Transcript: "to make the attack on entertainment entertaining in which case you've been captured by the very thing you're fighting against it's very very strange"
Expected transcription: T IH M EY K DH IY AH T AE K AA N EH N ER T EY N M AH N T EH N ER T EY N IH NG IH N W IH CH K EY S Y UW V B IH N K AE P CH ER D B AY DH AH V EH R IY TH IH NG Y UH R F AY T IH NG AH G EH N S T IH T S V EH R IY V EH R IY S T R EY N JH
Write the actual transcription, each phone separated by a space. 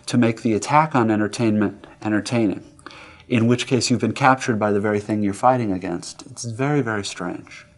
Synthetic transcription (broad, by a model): T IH M EY K DH IY AH T AE K N EH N ER T EY N M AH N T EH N ER T EY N IH NG IH N W IH CH K EY S Y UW V B IH N K AE P CH ER D B AY DH AH V EH R IY TH IH NG Y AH R F AY T IH NG AH G EH N S T IH T S V EH R IY V EH R IY S T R EY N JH